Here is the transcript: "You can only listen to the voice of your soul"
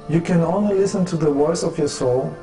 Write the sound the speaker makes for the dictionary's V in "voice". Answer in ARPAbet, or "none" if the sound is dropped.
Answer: W